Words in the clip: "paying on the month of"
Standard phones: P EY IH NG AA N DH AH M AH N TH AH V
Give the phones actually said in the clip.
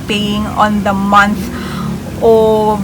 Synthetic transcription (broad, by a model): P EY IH NG AA N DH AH M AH N S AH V